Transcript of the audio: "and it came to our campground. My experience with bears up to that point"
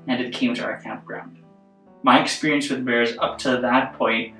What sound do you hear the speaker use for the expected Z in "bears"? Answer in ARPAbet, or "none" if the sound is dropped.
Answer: Z